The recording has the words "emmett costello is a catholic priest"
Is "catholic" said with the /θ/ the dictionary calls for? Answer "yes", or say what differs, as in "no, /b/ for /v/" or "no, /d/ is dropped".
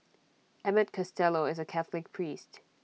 yes